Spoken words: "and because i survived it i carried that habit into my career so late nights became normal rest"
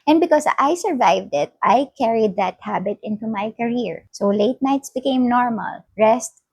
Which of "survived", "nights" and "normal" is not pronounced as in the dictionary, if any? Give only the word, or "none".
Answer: none